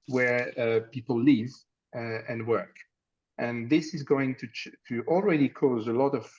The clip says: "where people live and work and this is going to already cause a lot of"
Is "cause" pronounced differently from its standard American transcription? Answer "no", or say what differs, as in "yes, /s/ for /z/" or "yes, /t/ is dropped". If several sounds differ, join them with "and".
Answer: no